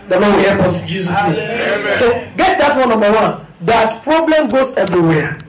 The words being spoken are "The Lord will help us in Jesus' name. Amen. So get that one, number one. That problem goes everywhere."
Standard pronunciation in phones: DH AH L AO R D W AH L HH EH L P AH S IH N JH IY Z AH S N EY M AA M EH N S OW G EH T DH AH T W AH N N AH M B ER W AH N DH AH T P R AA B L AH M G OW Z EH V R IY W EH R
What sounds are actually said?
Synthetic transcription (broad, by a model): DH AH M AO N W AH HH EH P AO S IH JH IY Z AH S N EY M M S OW G EH T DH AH T W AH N N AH M B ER W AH N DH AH T P R AA B L AH M G OW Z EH V R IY W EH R